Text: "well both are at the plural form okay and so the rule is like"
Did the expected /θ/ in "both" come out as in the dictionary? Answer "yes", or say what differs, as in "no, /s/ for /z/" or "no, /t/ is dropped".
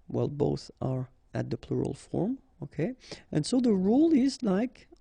yes